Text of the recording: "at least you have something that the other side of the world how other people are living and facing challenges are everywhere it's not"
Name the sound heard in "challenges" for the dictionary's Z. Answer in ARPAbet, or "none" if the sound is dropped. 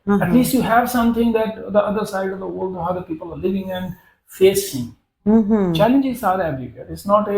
S